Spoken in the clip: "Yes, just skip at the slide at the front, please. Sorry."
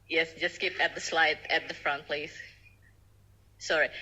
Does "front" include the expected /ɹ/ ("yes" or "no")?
yes